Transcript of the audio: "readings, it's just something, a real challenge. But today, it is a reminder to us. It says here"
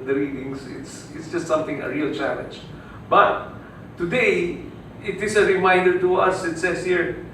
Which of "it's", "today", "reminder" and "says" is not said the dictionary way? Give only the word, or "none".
says